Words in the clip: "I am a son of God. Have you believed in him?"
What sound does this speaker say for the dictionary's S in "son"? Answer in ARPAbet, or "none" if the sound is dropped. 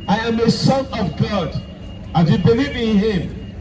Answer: S